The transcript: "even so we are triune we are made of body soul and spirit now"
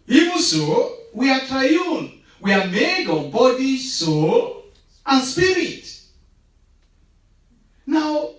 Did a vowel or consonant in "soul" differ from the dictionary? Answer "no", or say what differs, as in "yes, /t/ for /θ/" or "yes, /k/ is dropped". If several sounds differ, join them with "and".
no